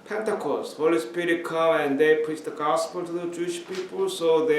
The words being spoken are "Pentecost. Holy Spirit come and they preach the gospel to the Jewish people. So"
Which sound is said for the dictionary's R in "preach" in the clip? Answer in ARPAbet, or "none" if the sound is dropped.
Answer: none